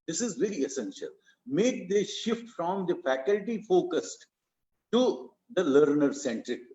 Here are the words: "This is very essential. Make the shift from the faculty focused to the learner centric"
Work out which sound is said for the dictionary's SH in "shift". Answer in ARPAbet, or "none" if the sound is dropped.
SH